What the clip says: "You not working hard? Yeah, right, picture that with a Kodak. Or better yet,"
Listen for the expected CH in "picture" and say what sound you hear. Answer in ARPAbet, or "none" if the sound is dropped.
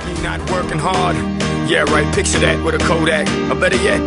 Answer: S